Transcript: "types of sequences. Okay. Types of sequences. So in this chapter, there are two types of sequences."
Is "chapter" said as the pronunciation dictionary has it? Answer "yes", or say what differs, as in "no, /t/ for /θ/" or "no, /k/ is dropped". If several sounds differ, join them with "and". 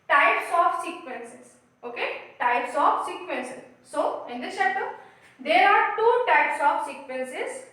no, /p/ is dropped